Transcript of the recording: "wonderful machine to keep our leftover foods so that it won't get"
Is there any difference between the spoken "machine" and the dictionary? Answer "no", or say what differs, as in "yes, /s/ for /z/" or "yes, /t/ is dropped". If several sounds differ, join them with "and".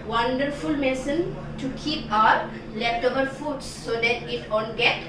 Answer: yes, /s/ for /ʃ/